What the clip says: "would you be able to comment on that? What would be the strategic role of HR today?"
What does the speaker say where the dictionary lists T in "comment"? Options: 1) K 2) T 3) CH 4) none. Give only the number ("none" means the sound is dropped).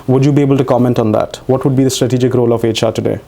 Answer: 2